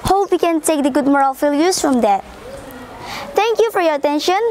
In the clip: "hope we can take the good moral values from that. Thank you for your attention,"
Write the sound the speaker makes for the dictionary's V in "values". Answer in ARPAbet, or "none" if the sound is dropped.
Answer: F